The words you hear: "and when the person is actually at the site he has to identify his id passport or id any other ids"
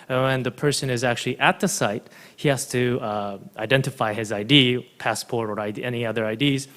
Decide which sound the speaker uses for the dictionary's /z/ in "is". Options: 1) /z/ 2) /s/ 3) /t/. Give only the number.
1